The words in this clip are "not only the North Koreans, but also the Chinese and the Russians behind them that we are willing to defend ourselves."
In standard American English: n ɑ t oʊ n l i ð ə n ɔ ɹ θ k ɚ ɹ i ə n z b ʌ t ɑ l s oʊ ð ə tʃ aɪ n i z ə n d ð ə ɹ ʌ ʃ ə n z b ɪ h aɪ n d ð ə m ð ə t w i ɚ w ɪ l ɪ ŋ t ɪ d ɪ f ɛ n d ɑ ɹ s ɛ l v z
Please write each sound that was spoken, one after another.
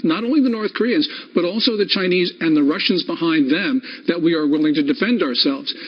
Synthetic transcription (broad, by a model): n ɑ t oʊ n l i ð ə n ɔ ɹ θ k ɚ ɹ i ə n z b ʌ t ɑ l s oʊ ð ə tʃ aɪ n i z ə n ð ə ɹ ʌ ʃ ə n z b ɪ h aɪ n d ð ə m ð ə t w i ɚ w ɪ l ɪ ŋ t ɪ d ɪ f ɛ n d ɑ ɹ s ɛ l v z